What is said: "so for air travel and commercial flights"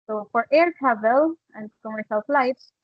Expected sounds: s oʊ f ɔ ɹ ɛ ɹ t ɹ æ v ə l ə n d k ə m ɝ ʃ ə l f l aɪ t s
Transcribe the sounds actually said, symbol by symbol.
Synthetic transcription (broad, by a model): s oʊ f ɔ ɹ ɛ ɹ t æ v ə l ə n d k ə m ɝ s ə l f l aɪ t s